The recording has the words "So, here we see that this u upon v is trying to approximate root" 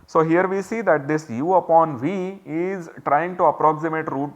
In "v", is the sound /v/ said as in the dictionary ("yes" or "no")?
yes